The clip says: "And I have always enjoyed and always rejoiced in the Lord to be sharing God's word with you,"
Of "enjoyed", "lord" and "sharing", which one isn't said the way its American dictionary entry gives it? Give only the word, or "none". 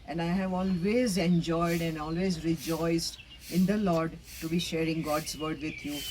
none